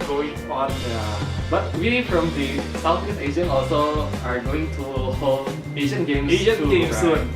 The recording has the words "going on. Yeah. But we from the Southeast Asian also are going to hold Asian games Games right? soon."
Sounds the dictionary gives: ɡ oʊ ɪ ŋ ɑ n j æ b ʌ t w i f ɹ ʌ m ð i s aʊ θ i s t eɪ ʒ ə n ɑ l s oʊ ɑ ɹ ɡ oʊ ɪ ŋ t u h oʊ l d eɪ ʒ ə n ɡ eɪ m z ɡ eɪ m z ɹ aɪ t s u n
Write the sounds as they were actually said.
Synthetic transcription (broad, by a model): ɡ oʊ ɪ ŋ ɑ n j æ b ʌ t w i f ɹ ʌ m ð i s aʊ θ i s eɪ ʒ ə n ɑ l s oʊ ɑ ɹ ɡ oʊ ɪ ŋ t u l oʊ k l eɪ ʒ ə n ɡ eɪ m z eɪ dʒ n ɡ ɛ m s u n